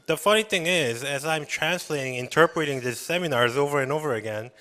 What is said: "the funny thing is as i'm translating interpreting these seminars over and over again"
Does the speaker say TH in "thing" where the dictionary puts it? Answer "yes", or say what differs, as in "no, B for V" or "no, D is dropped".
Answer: yes